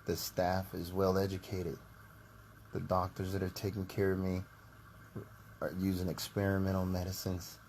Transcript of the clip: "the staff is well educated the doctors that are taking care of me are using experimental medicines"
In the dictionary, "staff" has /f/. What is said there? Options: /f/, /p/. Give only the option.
/f/